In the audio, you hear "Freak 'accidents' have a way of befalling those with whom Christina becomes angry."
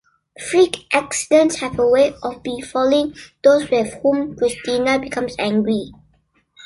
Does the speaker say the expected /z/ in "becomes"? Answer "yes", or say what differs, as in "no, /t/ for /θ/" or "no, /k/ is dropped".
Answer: no, /s/ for /z/